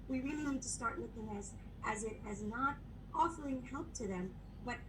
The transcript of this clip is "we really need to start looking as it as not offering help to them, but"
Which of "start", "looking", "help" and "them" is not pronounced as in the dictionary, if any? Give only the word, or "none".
looking